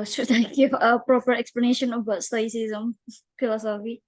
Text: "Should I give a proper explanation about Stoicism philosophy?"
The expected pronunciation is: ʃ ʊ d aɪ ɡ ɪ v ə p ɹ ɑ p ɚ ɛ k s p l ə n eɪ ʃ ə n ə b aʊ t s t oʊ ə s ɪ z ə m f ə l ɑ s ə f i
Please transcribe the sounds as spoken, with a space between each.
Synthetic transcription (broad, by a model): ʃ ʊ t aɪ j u f ə p ɹ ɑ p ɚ ɛ k s p l ə n eɪ ʃ ə n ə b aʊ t s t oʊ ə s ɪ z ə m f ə l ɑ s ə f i